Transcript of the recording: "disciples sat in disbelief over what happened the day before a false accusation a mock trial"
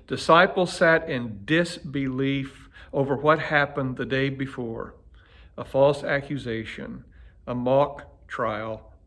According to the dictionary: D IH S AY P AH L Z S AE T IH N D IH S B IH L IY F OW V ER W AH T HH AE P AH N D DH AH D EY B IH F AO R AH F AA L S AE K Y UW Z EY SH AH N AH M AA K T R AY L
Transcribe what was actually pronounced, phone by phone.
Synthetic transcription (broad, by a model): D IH S AY P L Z S AE T IH N D IH S B IH L IY F OW V ER W AH T HH AE P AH N DH AH D EY B IH F AO R AH F AA L S AE K Y UW Z EY SH AH N AH M AA K T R AY L